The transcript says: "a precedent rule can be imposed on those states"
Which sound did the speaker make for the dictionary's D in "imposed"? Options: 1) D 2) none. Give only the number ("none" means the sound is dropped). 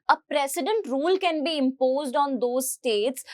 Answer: 1